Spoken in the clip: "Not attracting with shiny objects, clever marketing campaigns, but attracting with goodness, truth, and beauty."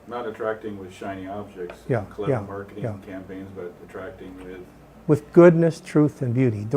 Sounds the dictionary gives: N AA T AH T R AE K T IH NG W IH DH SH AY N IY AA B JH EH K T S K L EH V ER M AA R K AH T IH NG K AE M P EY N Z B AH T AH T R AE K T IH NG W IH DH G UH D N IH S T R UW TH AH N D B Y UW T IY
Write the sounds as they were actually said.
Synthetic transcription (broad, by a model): N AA T AH T R AE K T IH NG W IH DH SH AY N IY AA B JH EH K T S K L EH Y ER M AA R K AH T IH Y K AE M P EY N Z B AH T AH T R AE K T IH NG W IH DH G UH D N IH S T R UW TH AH N B Y UW T IY